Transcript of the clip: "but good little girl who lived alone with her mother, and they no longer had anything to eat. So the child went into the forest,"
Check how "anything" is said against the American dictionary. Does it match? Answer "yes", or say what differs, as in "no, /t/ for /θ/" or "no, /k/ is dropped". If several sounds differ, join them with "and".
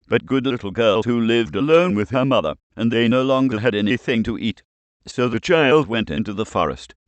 yes